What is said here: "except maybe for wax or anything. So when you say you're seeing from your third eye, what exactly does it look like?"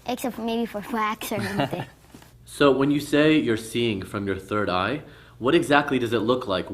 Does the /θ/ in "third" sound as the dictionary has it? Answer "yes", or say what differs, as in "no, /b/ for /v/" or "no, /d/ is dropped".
yes